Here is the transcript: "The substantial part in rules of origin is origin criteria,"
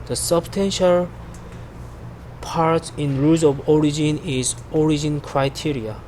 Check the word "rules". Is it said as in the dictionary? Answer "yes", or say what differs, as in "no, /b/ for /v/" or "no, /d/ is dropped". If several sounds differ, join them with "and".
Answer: no, /l/ is dropped